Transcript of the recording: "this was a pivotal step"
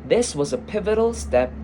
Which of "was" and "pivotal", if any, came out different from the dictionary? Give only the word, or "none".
none